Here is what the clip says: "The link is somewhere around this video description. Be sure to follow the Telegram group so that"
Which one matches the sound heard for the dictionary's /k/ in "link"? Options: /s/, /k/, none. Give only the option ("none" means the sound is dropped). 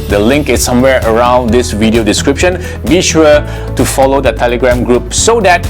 /k/